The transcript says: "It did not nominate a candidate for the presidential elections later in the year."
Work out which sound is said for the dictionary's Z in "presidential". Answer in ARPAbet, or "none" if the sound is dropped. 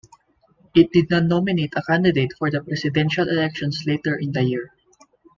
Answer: S